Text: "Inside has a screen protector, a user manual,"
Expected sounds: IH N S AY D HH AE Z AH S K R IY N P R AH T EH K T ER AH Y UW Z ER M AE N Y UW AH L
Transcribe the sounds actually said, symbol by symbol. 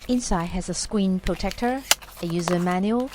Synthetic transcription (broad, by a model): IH N S AY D HH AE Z AH S K W IY N P R AH T EH K T ER AH Y UW Z ER M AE N Y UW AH L